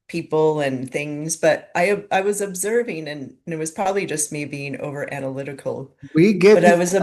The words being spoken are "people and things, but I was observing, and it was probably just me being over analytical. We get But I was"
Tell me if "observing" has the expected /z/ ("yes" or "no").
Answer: yes